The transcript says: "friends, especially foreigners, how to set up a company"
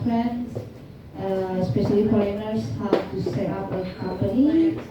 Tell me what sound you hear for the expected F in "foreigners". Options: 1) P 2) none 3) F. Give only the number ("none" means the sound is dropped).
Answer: 1